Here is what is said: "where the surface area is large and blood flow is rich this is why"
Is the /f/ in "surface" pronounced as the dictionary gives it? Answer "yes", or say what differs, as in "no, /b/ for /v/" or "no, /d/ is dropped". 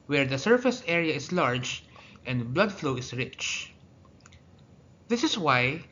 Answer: yes